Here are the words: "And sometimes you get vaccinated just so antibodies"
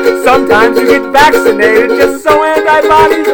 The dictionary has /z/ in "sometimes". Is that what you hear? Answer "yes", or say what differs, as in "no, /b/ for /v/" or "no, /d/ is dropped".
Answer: yes